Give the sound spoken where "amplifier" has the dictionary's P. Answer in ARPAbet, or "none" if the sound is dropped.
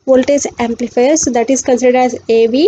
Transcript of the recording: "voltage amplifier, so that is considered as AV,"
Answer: P